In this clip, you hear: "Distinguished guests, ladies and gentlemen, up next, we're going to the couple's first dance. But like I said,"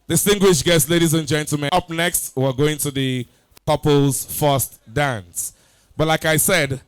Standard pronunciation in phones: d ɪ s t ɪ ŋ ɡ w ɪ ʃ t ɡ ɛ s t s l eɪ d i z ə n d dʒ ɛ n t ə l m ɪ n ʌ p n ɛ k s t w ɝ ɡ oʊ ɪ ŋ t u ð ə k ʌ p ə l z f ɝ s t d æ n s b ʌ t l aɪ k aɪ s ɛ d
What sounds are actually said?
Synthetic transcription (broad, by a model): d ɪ s t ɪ ŋ ɡ w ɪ ʃ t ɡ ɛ s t l eɪ d i z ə n dʒ ɛ n t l m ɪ ʌ p n ɛ k s t w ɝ ɡ oʊ ɪ ŋ t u ð ə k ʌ p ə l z f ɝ s t d æ n s b ʌ t l aɪ k aɪ s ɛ d